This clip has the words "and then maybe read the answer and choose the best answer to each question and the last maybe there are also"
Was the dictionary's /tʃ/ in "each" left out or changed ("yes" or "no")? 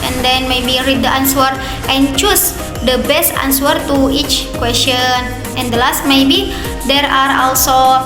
no